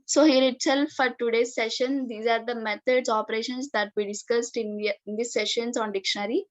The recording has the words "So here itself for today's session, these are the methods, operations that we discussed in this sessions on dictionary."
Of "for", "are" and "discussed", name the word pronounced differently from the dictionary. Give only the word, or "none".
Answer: none